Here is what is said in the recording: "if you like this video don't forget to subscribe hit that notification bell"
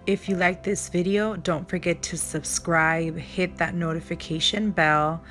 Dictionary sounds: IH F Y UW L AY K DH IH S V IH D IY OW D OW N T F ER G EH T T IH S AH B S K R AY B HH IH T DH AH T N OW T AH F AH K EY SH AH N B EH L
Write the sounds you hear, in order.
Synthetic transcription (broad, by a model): IH F Y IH L AY K DH IH S V IH D IY OW D OW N T F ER G EH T T IH S AH B S K R AY B HH IH T DH AH T N OW T AH F AH K EY SH AH N B EH L